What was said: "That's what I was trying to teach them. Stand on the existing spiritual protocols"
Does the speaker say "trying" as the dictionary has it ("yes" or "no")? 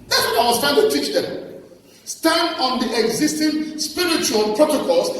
no